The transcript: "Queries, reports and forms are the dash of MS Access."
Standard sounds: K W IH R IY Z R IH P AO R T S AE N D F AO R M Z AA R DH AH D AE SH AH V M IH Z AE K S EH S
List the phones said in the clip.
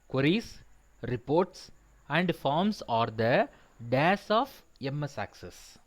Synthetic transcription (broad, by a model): K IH R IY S R IH P AO R T S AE N D F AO R M S AA R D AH D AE S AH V M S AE K S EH S